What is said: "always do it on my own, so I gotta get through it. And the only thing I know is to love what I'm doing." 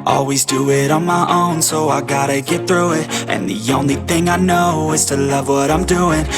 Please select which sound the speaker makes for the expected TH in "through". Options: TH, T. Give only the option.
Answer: TH